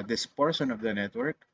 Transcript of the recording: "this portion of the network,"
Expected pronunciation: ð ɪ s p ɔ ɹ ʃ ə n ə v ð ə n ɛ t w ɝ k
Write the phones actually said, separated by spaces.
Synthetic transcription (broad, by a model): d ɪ s p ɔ ɹ s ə n ə v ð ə n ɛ t w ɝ k